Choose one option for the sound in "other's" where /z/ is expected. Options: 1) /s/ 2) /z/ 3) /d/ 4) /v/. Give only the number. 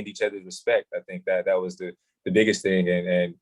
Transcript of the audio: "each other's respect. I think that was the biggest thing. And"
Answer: 2